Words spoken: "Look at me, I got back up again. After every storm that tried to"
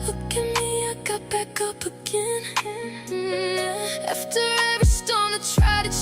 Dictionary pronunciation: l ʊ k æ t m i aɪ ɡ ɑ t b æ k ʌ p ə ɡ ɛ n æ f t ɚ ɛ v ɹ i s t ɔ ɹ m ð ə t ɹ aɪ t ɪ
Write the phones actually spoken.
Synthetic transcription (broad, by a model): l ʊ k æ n m i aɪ ɡ ɑ t b æ k ʌ p ə ɡ ɛ n æ f t ɚ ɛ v i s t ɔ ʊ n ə t ɹ aɪ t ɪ